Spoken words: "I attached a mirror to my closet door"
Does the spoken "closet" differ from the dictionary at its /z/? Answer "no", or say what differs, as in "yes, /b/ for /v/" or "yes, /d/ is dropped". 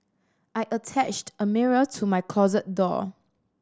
no